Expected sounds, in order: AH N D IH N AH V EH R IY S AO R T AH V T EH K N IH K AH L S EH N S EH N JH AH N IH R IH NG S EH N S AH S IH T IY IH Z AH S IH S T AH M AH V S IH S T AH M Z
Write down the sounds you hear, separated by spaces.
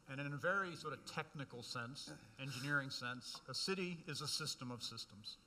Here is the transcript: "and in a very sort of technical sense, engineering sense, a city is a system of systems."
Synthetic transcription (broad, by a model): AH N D IH N AH V EH R IY S AO R T AH V T EH K N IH K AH L S EH N S EH N JH AH N IH R IH NG S EH N S AH S IH T IY IH Z AH S IH S T AH M AH V S IH S T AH M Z